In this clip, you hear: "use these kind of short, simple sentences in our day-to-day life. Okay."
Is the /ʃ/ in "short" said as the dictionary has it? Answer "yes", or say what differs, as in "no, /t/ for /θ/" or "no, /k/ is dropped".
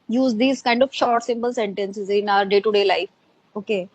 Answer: yes